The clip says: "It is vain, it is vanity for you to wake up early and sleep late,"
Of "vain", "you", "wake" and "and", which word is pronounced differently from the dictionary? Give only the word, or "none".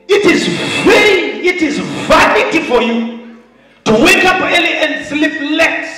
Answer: vain